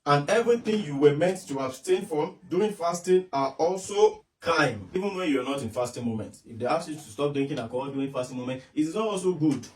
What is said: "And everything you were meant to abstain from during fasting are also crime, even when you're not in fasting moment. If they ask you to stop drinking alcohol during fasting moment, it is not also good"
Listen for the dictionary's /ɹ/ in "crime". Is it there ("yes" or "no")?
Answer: no